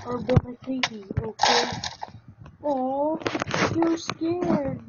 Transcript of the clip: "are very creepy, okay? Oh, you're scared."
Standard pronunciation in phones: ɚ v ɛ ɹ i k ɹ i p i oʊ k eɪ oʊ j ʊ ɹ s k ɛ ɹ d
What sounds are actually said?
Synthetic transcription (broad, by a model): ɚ b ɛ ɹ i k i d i oʊ k eɪ oʊ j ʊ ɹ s k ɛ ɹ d